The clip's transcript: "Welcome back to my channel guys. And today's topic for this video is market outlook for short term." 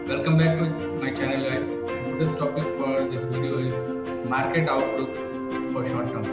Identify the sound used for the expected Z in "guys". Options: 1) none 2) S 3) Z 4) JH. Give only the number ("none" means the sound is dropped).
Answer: 1